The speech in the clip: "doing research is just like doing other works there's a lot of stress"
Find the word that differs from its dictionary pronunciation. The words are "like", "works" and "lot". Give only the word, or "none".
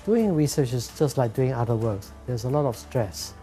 none